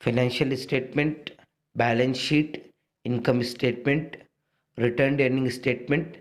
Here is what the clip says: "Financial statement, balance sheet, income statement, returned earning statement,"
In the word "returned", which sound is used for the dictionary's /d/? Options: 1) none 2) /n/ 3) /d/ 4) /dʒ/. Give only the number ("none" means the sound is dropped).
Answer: 3